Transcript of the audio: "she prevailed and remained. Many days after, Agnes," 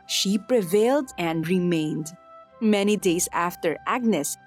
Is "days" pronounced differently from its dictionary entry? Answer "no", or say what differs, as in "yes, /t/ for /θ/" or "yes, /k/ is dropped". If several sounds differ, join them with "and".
yes, /s/ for /z/